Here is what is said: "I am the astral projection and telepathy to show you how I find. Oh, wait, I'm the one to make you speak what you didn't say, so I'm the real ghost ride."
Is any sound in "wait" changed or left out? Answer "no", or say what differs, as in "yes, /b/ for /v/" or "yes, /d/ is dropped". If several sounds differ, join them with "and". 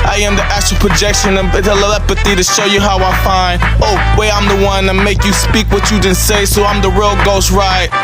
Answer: yes, /t/ is dropped